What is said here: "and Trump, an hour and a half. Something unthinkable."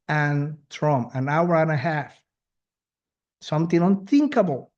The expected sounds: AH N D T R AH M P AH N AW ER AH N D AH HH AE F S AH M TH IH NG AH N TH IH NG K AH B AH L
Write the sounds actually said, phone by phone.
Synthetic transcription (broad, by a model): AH N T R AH M AH N AW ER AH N AH HH AE F S AH M TH IH NG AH N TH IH NG K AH B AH L